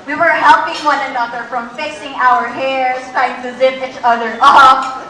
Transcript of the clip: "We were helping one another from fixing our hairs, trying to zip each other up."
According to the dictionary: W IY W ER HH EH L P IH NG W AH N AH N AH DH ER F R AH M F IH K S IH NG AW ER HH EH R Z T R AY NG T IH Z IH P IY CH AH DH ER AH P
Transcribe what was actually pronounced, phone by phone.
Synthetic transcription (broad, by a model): W IY W ER HH EH L P IH NG W AH N AH N AH DH ER F R AH M F IH S IH NG AW ER HH EH R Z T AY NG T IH Z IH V IY CH AH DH ER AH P